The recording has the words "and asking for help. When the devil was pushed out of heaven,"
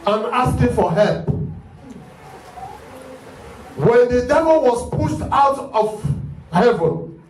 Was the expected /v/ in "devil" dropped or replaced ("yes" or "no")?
no